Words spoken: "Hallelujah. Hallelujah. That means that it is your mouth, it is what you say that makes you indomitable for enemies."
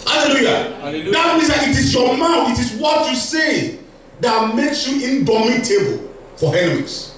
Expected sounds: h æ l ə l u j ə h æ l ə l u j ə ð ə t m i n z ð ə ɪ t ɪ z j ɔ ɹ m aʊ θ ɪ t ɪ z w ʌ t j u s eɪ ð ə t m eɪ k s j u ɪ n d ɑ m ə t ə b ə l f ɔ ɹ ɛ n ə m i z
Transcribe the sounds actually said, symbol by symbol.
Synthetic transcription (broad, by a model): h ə l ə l l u j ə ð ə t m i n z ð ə ɪ t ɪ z j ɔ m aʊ f ɪ t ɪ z w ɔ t j u s eɪ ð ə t m eɪ k s j u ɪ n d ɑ m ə t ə b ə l f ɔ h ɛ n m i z